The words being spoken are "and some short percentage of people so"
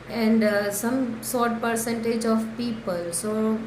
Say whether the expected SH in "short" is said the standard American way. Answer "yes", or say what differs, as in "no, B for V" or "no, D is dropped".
no, S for SH